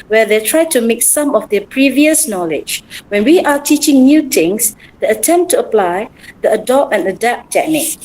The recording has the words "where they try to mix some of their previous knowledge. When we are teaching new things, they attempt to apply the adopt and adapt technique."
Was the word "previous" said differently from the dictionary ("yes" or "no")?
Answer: no